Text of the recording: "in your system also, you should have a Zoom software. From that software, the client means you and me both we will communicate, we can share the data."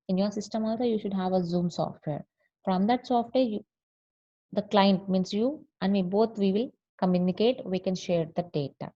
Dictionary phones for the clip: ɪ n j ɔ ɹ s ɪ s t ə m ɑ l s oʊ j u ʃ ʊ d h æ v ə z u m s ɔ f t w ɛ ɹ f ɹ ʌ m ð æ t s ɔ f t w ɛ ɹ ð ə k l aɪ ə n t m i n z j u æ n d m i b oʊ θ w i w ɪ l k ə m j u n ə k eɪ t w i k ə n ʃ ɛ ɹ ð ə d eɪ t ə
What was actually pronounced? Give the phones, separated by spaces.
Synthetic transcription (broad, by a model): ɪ n j ɔ ɹ s ɪ s t ə m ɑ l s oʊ j u ʃ ʊ d h æ v ə z u m s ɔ f t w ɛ ɹ f ɹ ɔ m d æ t s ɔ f t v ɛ ɹ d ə k l aɪ ə n t m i n s j u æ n d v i b oʊ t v i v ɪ l k ə m j u n ə k eɪ t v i k ə n ʃ ɛ ɹ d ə d eɪ t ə